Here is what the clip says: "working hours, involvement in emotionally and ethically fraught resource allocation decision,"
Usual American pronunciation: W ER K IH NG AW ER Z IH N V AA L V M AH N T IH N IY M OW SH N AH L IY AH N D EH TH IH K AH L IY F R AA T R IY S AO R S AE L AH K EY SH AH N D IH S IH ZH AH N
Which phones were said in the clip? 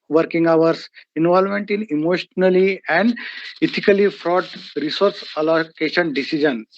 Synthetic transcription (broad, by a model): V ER K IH NG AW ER S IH N V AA L M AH N T IH N IY M OW SH N AH L IY AH N D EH T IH K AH L IY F R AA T R IY S AO R S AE L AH K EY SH AH N D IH S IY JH AH N